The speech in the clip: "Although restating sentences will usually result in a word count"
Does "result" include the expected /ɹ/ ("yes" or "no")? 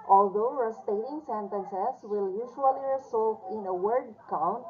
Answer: no